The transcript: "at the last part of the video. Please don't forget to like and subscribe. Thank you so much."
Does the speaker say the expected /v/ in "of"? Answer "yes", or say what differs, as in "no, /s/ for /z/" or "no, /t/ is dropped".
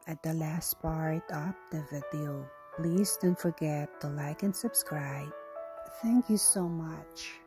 no, /p/ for /v/